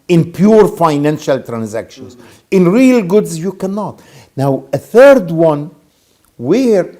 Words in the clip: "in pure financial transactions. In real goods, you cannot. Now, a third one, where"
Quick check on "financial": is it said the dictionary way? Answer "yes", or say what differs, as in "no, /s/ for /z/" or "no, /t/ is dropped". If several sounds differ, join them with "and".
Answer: yes